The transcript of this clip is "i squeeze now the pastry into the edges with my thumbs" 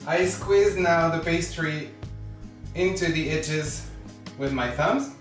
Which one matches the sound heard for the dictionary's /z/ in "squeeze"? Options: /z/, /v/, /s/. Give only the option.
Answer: /z/